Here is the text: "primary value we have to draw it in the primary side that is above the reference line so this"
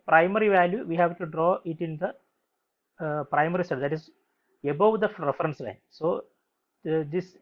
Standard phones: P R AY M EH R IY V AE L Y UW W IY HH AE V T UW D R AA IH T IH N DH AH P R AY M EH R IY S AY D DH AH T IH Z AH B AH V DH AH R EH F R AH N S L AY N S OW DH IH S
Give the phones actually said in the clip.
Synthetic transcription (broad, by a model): P R AY M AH R IY V AE L Y UW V IY HH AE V T UW D R AA IH T IH N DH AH P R AY M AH R IY S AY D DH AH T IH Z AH B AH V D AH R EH F R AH N S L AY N S OW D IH S